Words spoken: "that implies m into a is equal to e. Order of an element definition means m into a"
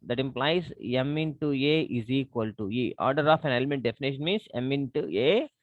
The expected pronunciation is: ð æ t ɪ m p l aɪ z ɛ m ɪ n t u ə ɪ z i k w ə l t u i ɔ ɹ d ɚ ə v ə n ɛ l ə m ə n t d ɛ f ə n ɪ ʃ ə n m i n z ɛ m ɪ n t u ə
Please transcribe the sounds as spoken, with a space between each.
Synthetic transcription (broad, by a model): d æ t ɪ m p l aɪ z ɛ m ɪ n t u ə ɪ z i k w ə l t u i ɔ ɹ d ɚ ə f ə n ɛ l ə m ə n t d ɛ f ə n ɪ ʃ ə n m i n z ɛ m ɪ n t u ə